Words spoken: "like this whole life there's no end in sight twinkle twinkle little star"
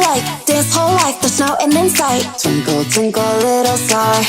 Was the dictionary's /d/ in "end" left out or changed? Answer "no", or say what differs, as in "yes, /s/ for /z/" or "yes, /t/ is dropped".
yes, /d/ is dropped